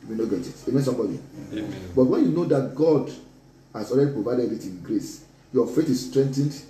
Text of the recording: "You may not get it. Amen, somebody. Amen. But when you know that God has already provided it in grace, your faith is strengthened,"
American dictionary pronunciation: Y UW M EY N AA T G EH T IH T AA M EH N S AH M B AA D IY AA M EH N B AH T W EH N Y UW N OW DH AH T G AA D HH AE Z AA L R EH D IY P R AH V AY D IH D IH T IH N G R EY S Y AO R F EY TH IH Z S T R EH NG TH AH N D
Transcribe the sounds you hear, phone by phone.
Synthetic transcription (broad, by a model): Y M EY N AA G EH T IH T AA M EH N S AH M B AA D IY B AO T W EH N Y UW N OW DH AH T G AA D HH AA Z AA L R EH D IY P R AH V AY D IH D IH T IH N G R EY S Y AO F EY T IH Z S T R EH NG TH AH N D